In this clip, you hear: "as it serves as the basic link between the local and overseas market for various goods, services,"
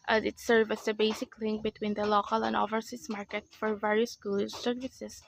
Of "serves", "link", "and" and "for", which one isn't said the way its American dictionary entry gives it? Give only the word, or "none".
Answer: serves